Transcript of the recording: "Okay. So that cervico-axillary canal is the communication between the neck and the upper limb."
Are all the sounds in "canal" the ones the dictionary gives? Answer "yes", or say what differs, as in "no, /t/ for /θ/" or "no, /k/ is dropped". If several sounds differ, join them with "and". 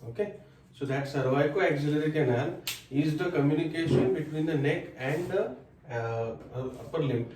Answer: no, /n/ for /l/